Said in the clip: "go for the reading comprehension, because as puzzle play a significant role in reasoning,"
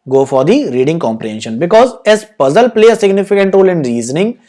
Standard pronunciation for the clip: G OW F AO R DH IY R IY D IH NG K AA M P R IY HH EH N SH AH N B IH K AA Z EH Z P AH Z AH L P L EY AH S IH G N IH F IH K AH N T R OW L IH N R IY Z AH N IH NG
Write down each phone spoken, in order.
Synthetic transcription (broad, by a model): G OW F AO R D IY R IY D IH NG K AA M P R IY HH EH N SH AH N B IH K AA Z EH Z P AH Z AH L P L EY AH S IH G N IH F IH K AH N T R OW L IH N R IY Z AH N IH NG